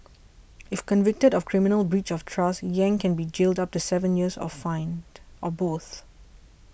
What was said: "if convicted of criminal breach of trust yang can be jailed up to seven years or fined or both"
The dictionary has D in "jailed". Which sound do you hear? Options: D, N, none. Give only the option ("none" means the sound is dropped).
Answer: D